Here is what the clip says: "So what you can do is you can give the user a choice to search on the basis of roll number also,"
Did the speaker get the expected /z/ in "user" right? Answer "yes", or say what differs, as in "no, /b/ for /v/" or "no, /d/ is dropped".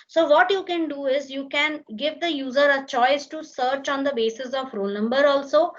yes